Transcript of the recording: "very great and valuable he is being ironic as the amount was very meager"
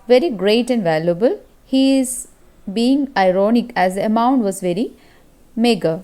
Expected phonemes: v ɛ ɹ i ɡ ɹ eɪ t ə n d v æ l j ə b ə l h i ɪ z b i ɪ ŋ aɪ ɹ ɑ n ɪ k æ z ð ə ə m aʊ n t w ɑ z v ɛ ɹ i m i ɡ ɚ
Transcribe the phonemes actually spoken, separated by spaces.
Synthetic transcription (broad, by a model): v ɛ ɹ i ɡ ɹ eɪ t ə n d v æ l j ə b ə l h i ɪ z b i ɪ ŋ aɪ ɹ ɑ n ɪ k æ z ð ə ə m aʊ n t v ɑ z v ɛ ɹ i m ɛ ɡ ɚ